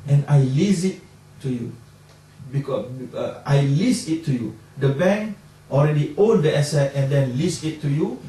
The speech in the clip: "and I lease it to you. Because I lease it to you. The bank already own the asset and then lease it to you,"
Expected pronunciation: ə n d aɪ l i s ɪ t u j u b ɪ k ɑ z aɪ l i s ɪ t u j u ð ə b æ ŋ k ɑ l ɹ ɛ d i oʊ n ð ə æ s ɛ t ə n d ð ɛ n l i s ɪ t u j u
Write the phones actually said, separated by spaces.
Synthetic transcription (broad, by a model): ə n aɪ l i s ɪ t u j u b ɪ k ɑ aɪ l i s ɪ t u j u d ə b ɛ ŋ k ɑ l ɹ ɛ d i oʊ n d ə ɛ s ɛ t ə n d ɛ n l i s ɪ t u j u